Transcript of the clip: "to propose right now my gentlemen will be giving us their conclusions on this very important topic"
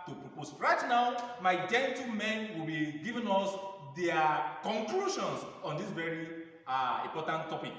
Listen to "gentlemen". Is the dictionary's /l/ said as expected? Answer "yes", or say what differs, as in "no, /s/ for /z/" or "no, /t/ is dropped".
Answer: no, /l/ is dropped